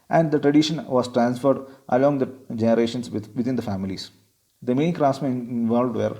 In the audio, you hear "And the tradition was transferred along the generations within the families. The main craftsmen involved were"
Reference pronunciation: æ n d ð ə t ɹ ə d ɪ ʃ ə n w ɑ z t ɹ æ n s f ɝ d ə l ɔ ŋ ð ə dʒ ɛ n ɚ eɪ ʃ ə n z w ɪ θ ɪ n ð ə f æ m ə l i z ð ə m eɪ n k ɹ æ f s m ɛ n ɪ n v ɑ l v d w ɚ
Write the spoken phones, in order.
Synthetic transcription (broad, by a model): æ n d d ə t ɹ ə d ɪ ʃ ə n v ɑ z t ɹ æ n s f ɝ d ə l ɔ ŋ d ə dʒ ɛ n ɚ eɪ ʃ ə n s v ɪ t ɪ n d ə f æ m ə l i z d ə m eɪ n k ɹ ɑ s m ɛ ɪ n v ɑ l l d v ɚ